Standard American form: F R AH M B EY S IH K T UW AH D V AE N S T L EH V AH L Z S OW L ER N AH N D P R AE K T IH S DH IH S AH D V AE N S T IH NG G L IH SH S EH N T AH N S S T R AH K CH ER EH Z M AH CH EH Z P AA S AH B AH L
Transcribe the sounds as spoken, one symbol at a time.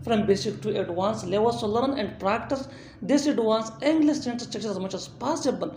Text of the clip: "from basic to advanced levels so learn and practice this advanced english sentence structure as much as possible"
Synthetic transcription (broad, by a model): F R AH M B EY S IH K T UW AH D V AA N S L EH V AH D S OW L ER N AH N D P R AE K T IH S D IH S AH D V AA N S IH NG G L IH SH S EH N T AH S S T EH K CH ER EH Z M AH CH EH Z P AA S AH B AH L